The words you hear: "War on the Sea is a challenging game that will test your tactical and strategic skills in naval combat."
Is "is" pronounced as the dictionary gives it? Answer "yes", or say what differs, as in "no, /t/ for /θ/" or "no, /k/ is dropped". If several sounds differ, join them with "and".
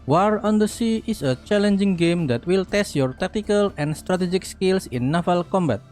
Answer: no, /s/ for /z/